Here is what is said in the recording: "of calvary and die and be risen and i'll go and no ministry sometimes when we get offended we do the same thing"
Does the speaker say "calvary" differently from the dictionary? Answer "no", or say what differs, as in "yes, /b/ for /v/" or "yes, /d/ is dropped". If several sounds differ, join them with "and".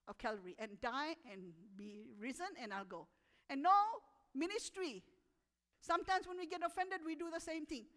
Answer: yes, /v/ is dropped